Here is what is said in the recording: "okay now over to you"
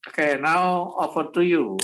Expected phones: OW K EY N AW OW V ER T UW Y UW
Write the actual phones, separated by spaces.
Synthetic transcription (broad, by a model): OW K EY N AW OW F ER T UW Y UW